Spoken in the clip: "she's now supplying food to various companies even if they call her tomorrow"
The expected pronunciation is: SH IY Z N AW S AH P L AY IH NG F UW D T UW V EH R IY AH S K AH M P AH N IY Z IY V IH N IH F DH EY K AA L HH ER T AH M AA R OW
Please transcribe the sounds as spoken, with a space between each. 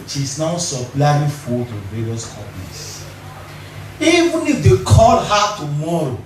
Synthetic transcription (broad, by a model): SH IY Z N AW S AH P L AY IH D F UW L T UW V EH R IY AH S K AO P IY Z IY V IH N IH F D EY K AA L HH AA T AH M AA R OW